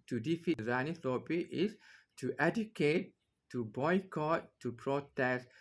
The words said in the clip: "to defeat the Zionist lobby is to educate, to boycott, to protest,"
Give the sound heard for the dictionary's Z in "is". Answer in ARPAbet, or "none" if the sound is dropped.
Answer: S